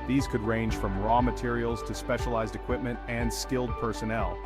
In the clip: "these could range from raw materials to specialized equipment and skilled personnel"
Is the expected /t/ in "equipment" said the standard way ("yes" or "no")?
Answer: yes